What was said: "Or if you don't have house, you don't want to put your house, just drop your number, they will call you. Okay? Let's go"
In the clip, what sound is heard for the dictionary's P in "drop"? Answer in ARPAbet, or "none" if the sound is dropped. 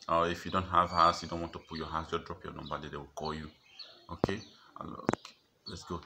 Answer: P